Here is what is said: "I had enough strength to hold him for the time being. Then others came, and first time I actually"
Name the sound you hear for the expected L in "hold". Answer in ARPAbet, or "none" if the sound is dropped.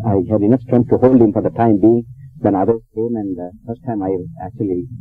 L